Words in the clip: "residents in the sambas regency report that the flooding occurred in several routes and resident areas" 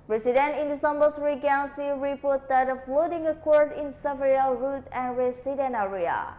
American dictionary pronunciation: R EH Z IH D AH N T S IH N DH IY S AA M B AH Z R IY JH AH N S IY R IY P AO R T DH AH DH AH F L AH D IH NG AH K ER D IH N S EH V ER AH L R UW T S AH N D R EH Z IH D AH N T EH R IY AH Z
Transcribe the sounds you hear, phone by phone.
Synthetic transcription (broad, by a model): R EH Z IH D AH N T IH N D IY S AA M B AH S R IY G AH N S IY R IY P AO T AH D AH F L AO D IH NG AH K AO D IH N S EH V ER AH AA R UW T AH N R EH S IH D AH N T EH R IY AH